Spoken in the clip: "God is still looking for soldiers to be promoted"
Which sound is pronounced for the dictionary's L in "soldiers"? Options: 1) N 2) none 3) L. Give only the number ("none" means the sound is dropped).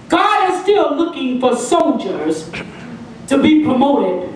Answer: 1